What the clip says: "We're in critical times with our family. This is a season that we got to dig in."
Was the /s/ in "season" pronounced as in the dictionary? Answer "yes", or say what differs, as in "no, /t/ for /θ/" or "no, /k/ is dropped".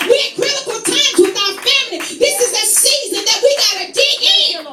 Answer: yes